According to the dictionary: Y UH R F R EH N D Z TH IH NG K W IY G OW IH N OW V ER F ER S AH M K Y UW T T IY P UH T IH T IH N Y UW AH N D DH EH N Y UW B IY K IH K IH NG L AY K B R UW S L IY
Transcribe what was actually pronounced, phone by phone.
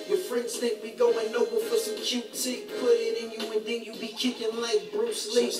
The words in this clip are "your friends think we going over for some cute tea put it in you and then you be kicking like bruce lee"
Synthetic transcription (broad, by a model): Y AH R F R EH N D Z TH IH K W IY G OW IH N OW B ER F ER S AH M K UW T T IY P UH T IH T IH N Y UW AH N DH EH N Y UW B IY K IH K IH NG L AY K B R UW S L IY